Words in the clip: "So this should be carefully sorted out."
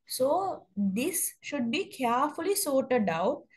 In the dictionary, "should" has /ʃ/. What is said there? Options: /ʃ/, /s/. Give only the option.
/ʃ/